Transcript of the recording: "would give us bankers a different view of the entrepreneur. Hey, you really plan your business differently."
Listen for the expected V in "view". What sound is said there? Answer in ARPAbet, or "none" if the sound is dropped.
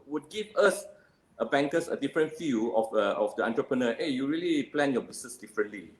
F